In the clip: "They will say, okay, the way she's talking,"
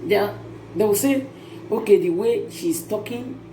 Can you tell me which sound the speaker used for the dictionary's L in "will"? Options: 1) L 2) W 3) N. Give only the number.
2